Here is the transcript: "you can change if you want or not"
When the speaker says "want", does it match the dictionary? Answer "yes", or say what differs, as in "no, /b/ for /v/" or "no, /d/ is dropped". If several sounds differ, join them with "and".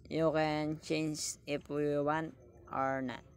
no, /t/ is dropped